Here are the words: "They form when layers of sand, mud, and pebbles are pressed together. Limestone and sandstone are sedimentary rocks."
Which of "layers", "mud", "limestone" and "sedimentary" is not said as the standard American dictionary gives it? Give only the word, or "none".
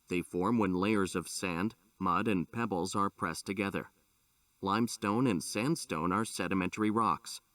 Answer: none